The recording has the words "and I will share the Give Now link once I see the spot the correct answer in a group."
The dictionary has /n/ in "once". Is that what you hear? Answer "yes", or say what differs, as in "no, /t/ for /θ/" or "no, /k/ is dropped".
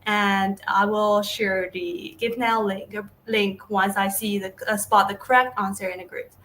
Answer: yes